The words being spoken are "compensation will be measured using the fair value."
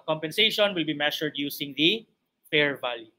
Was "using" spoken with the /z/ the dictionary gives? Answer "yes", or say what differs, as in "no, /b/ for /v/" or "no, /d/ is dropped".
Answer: no, /s/ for /z/